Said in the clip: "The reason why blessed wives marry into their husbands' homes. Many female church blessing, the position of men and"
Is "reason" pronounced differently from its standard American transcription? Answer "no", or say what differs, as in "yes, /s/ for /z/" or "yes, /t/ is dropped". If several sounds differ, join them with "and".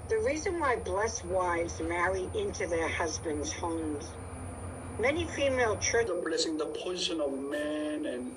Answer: no